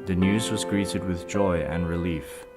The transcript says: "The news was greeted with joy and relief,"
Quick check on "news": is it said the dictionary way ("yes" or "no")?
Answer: yes